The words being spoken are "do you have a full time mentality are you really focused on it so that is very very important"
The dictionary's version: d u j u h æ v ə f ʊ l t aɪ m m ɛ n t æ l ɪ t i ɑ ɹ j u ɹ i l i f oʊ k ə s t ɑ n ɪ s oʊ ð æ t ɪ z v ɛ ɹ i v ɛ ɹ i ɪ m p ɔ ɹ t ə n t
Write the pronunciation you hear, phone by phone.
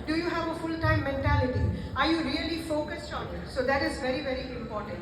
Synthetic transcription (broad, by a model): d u j u h æ v ə f ʊ l t aɪ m m ɛ n t æ l ɪ t i ɑ ɹ j u ɹ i l i f oʊ k ə s t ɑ n ɪ s oʊ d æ t ɪ z v ɛ ɹ i v ɛ ɹ i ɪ m p ɔ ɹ t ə n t